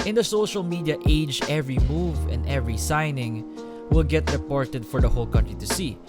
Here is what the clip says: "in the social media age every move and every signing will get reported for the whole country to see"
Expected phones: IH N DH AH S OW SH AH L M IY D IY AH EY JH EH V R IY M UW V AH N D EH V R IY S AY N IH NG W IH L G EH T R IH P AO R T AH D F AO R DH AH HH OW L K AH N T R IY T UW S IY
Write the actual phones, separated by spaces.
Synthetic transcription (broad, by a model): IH N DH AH S OW SH AH L M IY D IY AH EY JH EH V R IY M UW V AH N D EH V R IY S AY N IH NG W IH L G EH T R IH P AO R T AH D F AO R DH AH HH OW L K AH N T R IY T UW S IY